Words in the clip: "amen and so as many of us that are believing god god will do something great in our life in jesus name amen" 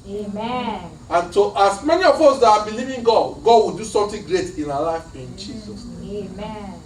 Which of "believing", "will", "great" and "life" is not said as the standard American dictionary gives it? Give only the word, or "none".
none